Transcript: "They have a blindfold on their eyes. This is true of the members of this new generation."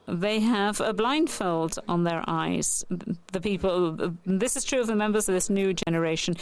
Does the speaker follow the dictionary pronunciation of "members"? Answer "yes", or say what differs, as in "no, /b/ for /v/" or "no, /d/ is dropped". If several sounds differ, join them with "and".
yes